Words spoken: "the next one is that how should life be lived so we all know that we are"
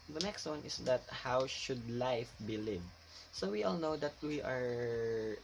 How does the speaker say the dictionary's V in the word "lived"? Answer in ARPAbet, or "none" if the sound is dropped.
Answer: none